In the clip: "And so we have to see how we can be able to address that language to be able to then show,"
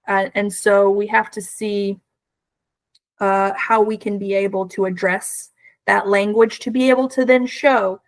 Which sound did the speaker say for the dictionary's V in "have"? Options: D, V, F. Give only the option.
F